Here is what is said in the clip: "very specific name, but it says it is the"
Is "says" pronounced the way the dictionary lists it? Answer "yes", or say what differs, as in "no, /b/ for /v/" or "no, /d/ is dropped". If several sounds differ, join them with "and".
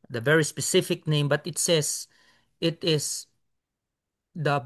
no, /s/ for /z/